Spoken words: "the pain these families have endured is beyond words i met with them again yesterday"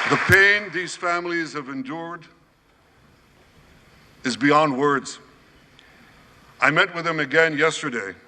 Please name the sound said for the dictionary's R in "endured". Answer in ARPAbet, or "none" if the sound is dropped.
R